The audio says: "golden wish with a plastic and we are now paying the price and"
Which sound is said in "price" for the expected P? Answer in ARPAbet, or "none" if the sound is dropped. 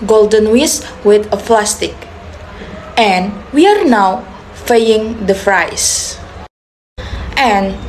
F